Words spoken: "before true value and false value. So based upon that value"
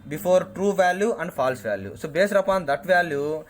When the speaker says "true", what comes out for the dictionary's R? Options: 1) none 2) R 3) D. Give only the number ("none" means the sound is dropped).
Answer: 2